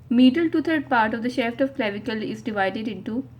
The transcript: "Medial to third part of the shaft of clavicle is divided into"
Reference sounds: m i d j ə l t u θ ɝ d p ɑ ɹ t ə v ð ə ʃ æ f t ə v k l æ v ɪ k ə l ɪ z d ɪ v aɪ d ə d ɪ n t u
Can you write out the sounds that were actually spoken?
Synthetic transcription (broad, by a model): m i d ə l t u t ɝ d p ɑ ɹ t ə v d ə ʃ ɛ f t ə v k l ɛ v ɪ k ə l ɪ z d ɪ v aɪ d ə d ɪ n t u